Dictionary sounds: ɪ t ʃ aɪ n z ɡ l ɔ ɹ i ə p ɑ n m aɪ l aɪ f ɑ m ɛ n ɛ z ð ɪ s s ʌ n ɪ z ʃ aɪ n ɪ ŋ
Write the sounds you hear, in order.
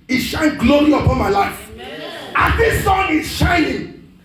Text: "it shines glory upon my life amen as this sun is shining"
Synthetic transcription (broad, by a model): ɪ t ʃ aɪ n ɡ l ɔ l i ə p ɑ n m aɪ l aɪ f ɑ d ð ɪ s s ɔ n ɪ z ʃ aɪ n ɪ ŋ